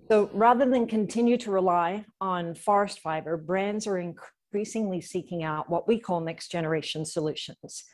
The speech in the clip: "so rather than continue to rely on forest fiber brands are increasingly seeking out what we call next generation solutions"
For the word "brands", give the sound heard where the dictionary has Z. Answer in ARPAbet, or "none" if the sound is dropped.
Z